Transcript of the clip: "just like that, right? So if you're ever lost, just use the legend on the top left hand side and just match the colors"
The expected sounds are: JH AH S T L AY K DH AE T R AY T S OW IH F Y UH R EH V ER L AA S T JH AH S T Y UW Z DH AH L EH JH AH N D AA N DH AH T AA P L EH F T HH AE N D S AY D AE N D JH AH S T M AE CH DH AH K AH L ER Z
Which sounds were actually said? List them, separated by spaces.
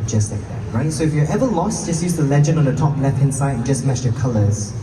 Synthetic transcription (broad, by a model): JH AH S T L AY K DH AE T R AY T S OW IH F Y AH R EH V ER L AA S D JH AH S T Y UW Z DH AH L EH JH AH N AA N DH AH T AA P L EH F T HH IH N S AY D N JH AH S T M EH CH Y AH K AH L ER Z